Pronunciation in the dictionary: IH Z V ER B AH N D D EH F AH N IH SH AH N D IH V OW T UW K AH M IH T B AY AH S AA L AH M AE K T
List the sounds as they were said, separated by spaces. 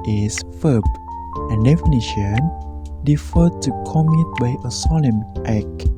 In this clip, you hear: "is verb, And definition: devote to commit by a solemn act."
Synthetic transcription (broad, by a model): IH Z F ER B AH N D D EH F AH N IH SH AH N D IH F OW T UW K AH M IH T B AY AH S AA L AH M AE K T